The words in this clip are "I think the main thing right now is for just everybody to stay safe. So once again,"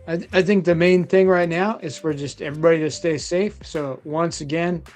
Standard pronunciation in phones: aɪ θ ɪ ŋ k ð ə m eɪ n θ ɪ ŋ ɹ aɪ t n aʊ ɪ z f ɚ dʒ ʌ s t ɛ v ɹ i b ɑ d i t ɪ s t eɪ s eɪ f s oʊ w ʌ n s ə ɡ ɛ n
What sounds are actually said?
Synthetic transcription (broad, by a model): aɪ θ ɪ ŋ k ð ə m eɪ n θ ɪ ŋ ɹ aɪ t n aʊ ɪ z f ɚ dʒ ʌ s t ɛ v ɹ i b ɑ d i t ɪ s t eɪ s eɪ f s oʊ w ʌ n s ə ɡ ɛ n